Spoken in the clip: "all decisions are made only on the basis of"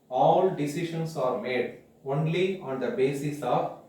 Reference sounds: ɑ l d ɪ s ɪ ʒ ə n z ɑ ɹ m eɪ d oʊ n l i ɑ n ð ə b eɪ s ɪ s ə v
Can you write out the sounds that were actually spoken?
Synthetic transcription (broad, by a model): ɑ l d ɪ s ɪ ʃ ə n s ɑ ɹ m eɪ d oʊ n l i ɑ n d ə b eɪ s ɪ s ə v